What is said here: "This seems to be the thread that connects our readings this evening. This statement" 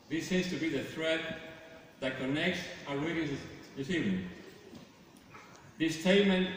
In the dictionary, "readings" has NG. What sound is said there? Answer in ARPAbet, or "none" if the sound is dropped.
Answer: none